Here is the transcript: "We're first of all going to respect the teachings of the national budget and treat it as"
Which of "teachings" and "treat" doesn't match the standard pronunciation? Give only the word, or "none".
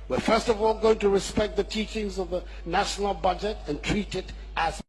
none